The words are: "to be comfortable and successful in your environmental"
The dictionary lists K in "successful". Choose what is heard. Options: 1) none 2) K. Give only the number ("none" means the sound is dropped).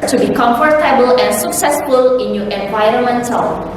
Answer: 2